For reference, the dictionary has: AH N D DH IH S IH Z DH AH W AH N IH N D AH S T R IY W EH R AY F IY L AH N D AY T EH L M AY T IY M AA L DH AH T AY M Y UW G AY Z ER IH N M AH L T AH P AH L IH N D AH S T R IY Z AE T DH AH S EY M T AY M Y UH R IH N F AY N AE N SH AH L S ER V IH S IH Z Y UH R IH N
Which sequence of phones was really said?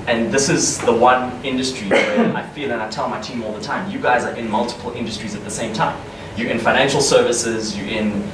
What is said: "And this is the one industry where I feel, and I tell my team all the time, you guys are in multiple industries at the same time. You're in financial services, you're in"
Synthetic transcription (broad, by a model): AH N DH IH S IH Z DH AH W AH N IH N D AH S T R IY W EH AY F IY L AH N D AY T EH L M AY T IY M AA L DH AH T AY M Y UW G AY Z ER IH N M AH L T AH P AH L IH N D AH S T R IY Z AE T DH AH S EY M T AY M Y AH R IH N F AY N AE N SH AH L S ER V IH S IH Z Y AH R IH N